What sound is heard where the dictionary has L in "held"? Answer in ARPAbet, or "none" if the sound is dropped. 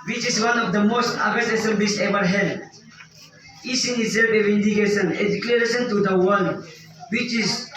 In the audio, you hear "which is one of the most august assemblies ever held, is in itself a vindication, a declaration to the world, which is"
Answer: none